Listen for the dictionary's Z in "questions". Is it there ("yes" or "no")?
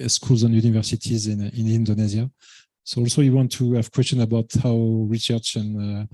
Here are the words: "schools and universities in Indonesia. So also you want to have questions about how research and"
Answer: no